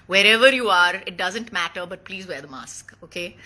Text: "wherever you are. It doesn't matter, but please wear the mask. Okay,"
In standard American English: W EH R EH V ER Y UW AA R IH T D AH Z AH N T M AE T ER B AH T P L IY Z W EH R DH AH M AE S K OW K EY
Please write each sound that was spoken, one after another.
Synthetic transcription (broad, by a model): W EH R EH V ER Y UW AA R IH T D AH Z AH N T M AE T ER B AH T P L IY Z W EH R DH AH M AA S K OW K EY